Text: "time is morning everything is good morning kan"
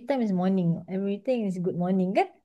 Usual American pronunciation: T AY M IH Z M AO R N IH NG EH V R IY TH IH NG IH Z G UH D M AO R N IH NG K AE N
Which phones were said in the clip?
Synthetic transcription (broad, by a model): T AY M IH S M AO N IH NG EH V R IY T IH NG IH S G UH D M AO N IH NG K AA N